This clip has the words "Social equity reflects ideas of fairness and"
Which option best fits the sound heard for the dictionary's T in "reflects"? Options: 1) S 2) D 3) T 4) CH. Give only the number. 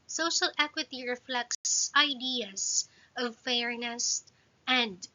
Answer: 1